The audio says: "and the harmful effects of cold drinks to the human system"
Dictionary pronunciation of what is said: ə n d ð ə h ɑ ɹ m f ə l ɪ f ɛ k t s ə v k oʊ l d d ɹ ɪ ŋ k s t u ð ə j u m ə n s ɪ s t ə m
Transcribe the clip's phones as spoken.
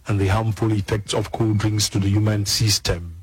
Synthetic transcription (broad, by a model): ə n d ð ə h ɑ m f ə l ɪ f ɛ k t s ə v k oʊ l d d ɹ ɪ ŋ s t u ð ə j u m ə n s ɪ s t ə m